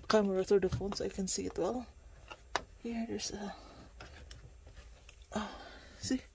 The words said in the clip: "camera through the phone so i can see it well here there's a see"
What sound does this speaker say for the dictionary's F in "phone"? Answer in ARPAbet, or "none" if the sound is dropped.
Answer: F